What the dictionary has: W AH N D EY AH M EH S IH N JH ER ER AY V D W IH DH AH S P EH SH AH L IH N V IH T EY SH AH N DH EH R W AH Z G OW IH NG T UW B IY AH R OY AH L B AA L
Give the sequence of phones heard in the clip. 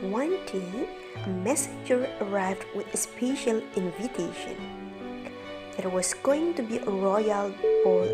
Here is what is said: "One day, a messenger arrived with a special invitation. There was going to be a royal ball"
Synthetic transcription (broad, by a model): W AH N D EY AH M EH S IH JH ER ER AY V D W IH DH AH S P EH SH AH L IH N V IH T EY SH AH N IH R W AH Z G OW IH NG T UW B IY AH R OY AH L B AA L